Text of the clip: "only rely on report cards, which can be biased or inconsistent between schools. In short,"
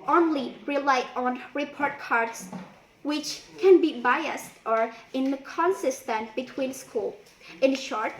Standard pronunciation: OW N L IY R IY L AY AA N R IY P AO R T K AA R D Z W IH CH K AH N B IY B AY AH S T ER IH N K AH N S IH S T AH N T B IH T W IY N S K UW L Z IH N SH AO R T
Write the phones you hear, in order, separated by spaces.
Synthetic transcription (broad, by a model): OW N L IY R IY L AY AA N R IY P AO R T K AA R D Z W IH CH K AH N B IY B AY AH S T ER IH N K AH N S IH S T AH N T B IH T W IY N S K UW L IH N SH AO R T